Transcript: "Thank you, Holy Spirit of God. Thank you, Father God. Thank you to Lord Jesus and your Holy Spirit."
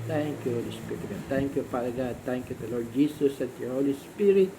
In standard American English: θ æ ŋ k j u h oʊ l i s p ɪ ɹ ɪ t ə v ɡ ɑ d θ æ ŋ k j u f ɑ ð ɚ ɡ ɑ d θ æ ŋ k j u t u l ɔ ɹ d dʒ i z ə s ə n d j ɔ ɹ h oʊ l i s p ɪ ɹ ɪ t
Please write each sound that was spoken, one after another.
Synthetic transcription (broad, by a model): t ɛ ŋ k j u h oʊ l i s p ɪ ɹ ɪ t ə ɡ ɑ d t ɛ ŋ k j u p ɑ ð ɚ ɡ ɑ d t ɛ ŋ k j u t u l ɔ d dʒ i s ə s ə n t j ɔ h oʊ l i s p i ɹ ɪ t